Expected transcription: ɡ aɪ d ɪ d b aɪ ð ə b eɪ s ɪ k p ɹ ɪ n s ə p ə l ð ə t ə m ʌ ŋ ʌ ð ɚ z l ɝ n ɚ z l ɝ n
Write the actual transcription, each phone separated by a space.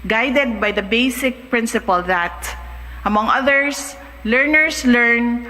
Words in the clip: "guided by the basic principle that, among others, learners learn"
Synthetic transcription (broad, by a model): ɡ aɪ d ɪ d b aɪ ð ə b eɪ s ɪ k p ɹ ɪ n s ə p ə l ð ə t ə m ʌ ŋ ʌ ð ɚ s l ɝ n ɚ s l ɝ n